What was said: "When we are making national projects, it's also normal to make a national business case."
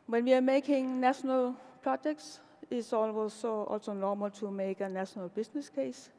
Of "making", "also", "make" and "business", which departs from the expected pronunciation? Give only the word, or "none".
business